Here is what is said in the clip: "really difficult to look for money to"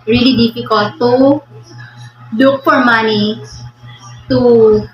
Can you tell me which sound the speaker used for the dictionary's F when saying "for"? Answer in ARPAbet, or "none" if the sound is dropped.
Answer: P